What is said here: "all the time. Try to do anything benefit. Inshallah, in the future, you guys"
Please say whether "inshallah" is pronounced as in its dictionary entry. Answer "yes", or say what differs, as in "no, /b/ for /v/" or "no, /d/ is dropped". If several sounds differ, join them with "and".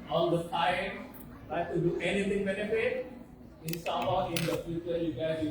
no, /s/ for /ʃ/